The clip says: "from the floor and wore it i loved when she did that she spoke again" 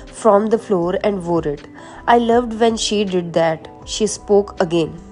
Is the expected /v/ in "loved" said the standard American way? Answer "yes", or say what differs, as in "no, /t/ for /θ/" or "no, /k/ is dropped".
yes